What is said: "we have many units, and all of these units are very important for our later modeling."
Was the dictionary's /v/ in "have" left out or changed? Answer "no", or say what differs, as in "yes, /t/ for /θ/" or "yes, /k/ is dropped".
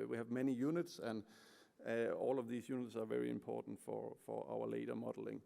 no